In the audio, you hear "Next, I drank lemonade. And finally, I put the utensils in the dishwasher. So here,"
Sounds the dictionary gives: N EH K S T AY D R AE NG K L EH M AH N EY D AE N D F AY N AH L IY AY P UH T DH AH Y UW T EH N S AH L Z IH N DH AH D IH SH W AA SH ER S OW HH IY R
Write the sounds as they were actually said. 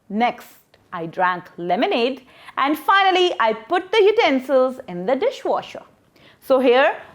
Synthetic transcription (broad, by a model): N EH K S T AY D R AE NG K L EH M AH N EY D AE N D F AY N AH L IY AY P UH T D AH Y UW T EH N S AH L Z IH N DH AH D IH SH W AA SH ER S OW HH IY R